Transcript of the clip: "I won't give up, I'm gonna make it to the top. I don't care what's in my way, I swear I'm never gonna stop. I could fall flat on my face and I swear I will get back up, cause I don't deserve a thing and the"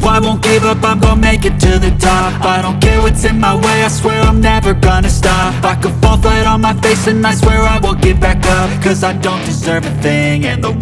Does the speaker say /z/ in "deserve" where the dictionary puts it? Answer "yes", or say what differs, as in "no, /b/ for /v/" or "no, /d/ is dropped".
yes